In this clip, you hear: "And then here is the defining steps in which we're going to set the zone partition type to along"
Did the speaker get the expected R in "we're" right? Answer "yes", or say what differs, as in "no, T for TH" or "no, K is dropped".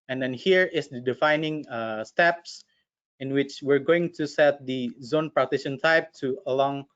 yes